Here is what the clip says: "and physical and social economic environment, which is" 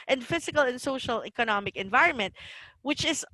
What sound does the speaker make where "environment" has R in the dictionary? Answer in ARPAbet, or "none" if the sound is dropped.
R